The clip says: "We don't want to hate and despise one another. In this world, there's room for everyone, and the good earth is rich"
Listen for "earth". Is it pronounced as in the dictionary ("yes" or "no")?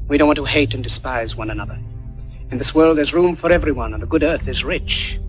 yes